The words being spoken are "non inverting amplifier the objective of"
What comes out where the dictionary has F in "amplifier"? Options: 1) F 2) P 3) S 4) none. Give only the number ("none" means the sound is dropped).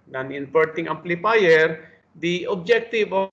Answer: 2